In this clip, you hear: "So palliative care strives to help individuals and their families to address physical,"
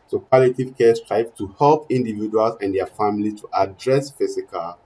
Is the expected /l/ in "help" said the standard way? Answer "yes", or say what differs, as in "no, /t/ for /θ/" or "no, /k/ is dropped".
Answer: yes